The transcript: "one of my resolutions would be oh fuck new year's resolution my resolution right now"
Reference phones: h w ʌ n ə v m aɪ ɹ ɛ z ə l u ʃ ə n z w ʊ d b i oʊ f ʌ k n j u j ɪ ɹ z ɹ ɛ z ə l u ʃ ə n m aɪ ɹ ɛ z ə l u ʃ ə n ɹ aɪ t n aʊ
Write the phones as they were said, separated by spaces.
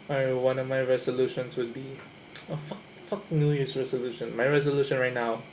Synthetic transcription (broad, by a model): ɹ w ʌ n ə v m aɪ ɹ ɛ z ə l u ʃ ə n s w ʊ d b i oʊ f ʌ k n j u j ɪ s ɹ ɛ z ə l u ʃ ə n m aɪ ɹ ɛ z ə l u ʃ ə n ɹ aɪ t n aʊ